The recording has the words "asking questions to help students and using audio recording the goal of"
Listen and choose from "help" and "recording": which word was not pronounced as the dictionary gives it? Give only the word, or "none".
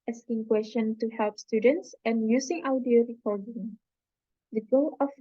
none